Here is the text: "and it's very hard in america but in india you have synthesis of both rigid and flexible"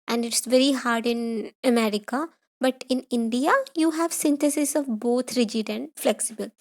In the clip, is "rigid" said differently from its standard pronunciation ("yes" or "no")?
no